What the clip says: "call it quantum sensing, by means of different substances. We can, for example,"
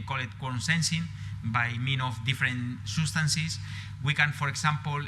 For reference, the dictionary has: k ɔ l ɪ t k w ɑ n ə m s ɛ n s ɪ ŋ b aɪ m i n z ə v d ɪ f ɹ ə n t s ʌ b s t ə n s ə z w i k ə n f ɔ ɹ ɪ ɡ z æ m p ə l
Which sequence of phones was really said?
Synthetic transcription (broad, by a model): k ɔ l ɪ t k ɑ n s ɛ n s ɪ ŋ b aɪ m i n ə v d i f ɹ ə n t s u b s t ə n s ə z w i k ə n f ɔ ɹ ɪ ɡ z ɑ m p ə l